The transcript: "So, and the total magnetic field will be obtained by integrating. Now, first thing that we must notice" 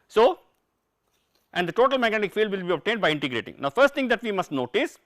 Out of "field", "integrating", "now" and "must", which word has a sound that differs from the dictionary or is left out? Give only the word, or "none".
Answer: none